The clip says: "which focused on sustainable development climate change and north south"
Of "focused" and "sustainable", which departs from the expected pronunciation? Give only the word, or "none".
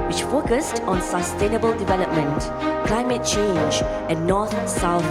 none